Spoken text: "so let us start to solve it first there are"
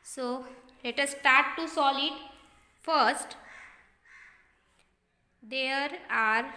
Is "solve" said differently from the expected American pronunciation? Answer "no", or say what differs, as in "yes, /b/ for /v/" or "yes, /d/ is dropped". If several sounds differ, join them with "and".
yes, /v/ is dropped